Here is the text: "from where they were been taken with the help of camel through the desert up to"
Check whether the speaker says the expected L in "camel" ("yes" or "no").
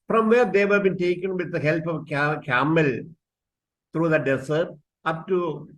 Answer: yes